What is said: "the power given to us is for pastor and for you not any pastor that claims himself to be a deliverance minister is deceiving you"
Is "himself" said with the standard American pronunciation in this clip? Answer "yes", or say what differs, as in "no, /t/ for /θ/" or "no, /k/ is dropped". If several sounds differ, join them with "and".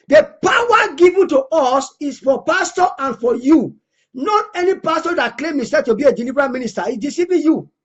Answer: no, /m/ is dropped and /l/ is dropped